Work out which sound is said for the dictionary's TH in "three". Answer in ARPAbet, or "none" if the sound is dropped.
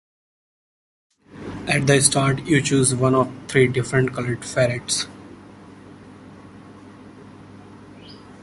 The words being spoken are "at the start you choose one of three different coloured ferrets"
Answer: T